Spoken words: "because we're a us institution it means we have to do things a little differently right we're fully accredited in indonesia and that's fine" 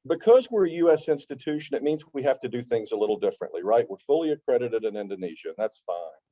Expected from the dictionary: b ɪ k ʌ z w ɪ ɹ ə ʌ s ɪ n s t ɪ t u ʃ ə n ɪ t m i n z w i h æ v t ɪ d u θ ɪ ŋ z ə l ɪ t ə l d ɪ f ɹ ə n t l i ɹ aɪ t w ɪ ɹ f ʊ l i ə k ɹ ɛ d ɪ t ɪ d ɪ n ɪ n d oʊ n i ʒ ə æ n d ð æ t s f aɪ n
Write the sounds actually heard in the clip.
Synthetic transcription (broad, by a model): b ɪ k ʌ z w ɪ ɹ ə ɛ s ɪ n s t ɪ t u ʃ ə n ɪ t m i n z w i h æ f t ɪ d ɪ θ ɪ ŋ z ə l ɪ t l d ɪ f ɹ ə n t l i ɹ aɪ t w ɪ ɹ f ʊ l i ə k ɹ ɛ d ɪ t ɪ d ɪ n ɪ n d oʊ n i ʒ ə n ð æ t s f aɪ n